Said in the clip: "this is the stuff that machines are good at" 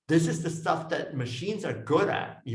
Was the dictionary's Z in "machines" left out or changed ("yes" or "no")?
no